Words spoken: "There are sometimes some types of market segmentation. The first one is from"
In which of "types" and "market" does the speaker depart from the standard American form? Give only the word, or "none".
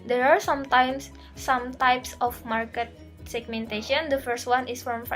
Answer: none